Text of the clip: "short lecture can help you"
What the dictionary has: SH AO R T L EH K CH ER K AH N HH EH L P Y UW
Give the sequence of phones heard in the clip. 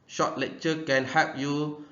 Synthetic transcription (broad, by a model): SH AO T L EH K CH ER K AH N HH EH P Y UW